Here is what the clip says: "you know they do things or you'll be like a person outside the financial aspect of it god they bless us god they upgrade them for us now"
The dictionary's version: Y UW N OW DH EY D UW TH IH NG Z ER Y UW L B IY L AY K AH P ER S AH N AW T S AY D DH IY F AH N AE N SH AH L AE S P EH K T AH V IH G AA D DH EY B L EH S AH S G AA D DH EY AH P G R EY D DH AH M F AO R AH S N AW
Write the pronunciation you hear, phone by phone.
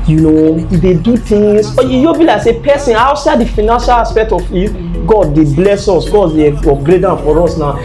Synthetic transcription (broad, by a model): Y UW N OW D EY D UW T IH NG S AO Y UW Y B IY L AY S AH P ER S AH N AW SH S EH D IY F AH N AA N SH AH L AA S P EH K T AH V IH G AA D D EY B L EH S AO S G AA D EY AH G R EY D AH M F AO R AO S N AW